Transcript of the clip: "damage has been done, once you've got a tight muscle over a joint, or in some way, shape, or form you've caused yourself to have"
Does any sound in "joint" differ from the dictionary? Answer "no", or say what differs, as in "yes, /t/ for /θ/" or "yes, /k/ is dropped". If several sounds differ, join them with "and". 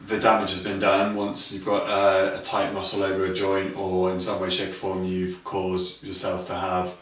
no